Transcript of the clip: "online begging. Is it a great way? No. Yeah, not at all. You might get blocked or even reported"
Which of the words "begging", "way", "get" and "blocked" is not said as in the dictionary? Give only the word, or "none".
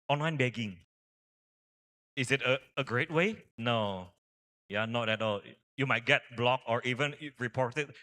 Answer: blocked